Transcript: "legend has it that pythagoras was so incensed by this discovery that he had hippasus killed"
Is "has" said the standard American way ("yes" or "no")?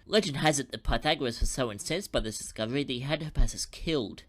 yes